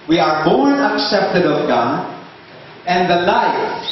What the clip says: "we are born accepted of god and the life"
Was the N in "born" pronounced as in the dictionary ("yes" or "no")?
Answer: no